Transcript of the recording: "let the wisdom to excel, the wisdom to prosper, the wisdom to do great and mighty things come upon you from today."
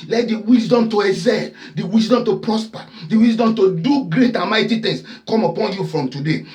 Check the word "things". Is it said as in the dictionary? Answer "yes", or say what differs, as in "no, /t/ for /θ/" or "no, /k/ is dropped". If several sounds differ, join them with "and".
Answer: no, /t/ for /θ/ and /s/ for /z/